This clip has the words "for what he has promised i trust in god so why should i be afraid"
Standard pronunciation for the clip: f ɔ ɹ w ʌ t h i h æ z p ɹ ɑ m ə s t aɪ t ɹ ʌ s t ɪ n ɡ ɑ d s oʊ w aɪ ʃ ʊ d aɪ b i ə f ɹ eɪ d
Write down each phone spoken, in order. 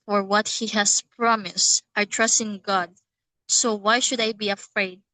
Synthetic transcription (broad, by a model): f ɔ ɹ w ʌ t h i h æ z p ɹ ɑ m ə s t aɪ t ɹ ʌ s t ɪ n ɡ ɑ d s oʊ w aɪ ʃ ʊ d aɪ b i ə f ɹ eɪ d